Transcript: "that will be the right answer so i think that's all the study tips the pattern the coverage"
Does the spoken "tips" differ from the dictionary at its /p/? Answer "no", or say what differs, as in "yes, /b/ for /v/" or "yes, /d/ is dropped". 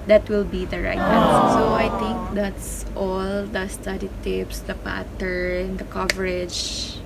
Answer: no